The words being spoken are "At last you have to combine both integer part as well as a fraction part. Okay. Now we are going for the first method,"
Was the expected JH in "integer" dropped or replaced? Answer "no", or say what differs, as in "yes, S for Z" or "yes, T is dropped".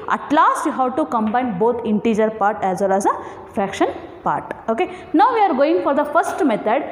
no